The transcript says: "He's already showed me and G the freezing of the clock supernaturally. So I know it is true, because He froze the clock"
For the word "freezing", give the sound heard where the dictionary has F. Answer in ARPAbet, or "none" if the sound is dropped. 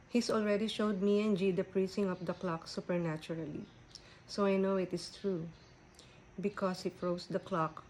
P